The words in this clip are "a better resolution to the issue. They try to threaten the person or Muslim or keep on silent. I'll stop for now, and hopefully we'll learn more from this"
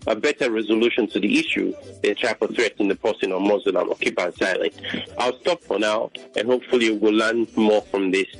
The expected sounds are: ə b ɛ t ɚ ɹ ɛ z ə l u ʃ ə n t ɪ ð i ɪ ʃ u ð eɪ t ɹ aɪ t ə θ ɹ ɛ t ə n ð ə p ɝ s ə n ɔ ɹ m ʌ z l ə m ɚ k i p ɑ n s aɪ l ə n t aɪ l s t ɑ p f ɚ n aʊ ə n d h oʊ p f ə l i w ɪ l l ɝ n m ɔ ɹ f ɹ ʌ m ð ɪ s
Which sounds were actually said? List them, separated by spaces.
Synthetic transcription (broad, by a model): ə b ɛ t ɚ ɹ ɛ z ə l u ʃ ə n t ɪ ð i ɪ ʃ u ð eɪ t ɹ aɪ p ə θ ɹ ɛ t ə n ð ə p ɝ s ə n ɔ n m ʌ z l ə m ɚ k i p ɑ n s aɪ l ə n t aɪ l s t ɑ p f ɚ n aʊ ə n h oʊ p f ə l i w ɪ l l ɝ n m ɔ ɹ f ɹ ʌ m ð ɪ s